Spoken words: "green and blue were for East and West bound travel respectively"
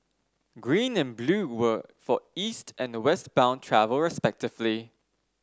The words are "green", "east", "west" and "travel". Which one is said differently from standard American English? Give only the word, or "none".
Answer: none